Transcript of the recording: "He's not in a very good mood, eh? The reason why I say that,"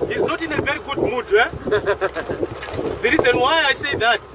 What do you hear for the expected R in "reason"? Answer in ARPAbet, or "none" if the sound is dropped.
R